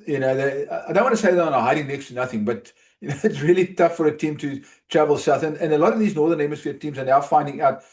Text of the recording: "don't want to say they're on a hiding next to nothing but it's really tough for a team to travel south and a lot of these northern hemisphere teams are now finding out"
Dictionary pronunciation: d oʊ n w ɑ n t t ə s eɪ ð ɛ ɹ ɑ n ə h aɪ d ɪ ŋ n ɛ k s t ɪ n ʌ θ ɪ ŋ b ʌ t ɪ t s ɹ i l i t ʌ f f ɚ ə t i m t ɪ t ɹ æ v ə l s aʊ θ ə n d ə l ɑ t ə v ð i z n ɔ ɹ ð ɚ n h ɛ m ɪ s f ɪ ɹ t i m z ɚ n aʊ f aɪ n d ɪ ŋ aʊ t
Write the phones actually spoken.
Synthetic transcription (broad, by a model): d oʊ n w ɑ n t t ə s eɪ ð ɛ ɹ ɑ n ə h aɪ d ɪ ŋ n ɛ k s t ɪ n ʌ θ ɪ ŋ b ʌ t ɪ t s ɹ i l i t ʌ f f ɚ ə t i m t ɪ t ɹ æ v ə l s aʊ θ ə n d ə l ɑ t ə v ð i z n ɔ ɹ ð ɚ n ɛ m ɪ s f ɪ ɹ t i m z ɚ n aʊ f aɪ n d ɪ ŋ aʊ t